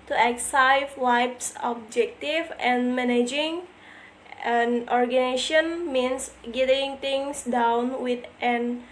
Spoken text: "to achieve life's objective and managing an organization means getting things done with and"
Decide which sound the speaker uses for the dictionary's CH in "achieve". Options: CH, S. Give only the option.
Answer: S